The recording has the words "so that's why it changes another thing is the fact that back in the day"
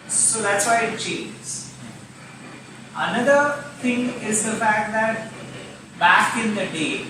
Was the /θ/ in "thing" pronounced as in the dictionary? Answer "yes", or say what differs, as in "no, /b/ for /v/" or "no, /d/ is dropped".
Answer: no, /t/ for /θ/